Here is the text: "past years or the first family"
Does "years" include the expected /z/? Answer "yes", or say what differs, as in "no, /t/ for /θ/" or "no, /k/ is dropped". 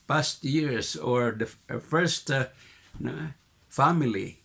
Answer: no, /s/ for /z/